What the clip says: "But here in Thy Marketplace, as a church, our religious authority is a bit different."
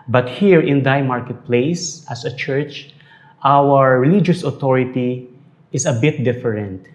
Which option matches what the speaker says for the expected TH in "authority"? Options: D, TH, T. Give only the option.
T